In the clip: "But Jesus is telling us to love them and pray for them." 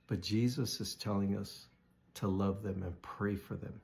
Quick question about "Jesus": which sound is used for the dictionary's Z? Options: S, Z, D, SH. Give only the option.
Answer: Z